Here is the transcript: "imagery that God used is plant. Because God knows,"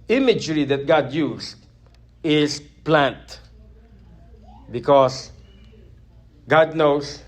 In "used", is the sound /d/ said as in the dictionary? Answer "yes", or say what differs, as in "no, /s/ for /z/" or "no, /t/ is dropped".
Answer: no, /d/ is dropped